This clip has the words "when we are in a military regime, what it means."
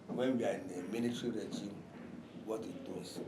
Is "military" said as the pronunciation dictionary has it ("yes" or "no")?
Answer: no